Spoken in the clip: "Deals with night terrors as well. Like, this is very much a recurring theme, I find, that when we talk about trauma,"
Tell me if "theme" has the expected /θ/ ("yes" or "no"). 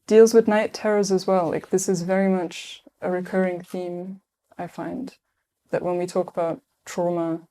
yes